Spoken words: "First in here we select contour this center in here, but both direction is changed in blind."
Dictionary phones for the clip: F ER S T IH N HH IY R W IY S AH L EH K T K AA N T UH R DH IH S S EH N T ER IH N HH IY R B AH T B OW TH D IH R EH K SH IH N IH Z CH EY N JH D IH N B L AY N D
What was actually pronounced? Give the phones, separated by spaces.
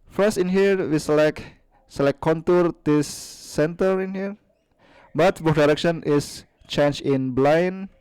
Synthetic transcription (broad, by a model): F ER S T IH N HH IY R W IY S L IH K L K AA N T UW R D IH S S EH N T ER IH N HH IY R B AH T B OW F D IH R EH K SH IH N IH S CH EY N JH IH N B L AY N